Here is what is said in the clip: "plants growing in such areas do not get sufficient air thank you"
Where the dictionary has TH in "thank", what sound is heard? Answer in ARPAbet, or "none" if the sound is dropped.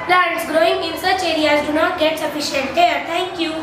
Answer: T